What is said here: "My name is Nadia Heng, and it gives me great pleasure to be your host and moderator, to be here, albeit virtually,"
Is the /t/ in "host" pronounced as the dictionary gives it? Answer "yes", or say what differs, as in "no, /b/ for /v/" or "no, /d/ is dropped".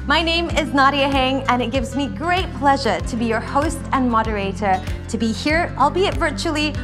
yes